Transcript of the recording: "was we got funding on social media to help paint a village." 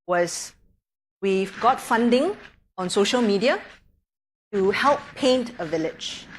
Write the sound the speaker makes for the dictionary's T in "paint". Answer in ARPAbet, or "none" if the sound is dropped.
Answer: T